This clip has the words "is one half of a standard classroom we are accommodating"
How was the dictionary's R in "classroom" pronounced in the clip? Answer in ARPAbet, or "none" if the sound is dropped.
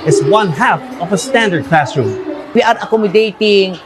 R